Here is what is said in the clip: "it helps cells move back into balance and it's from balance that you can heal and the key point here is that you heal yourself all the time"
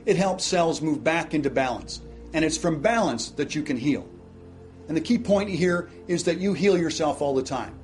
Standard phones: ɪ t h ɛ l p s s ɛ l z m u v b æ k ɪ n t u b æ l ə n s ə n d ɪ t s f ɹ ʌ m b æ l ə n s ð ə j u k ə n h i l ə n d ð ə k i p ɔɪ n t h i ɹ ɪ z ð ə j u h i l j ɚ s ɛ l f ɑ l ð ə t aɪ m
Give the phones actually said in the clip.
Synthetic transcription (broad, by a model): ɪ t h ɛ l p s s ɛ l z m u v b æ k ɪ n t u b æ l ə n s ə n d ɪ t s f ɹ ʌ m b æ l ə n s ð ə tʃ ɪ k ə n h i l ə n ð ə k i p ɔɪ n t h i ɹ ɪ z ð ə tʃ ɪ h i l j ɚ s ɛ l f ɑ l ð ə t aɪ m